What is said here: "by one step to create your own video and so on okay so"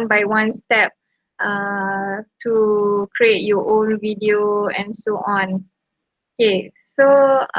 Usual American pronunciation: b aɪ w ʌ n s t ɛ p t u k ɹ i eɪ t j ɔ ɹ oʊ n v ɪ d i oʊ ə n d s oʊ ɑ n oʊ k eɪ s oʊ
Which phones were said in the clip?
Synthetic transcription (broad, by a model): b aɪ w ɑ n s t ɛ p t u k ɹ i eɪ t j ɔ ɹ oʊ n v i d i oʊ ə n s oʊ ɑ n oʊ k eɪ s oʊ